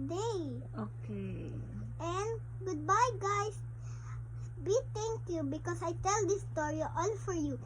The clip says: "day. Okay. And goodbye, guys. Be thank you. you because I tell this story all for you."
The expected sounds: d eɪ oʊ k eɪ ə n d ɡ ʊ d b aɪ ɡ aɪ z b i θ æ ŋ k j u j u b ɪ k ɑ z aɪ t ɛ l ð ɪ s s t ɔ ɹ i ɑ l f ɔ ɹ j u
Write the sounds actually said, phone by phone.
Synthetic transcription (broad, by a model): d eɪ oʊ k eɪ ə n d ɡ ʊ d b aɪ ɡ aɪ s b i t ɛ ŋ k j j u b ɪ k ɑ s aɪ t ɛ l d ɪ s s t ɔ ɹ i ɑ l f ɔ ɹ j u